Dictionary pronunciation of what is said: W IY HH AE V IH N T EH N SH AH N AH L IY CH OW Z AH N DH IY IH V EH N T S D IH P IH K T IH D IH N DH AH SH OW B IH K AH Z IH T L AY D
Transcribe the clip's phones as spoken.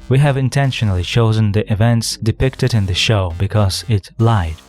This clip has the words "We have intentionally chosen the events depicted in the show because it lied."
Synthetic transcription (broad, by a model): W IY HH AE V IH N T EH N SH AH N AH L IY CH OW Z AH N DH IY IH V EH N T S D IH P IH K T IH D IH N DH AH SH OW B IH K AH Z IH T L AY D